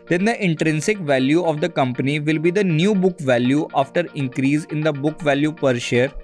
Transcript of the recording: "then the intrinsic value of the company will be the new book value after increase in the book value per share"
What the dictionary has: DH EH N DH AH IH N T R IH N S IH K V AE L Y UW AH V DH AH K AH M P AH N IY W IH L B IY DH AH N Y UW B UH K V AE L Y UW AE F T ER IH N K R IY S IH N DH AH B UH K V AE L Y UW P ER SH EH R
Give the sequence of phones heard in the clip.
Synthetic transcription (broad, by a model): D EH N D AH IH N T R IH N S IH K V AE L Y UW AH V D AH K AH M P AH N IY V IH L B IY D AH N Y UW B UH K V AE L Y UW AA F T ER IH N K R IY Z IH N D AH B UH K V AE L Y UW P ER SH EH R